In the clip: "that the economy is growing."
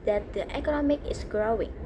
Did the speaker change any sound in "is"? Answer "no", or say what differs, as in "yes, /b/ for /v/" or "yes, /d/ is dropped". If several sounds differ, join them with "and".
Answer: yes, /s/ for /z/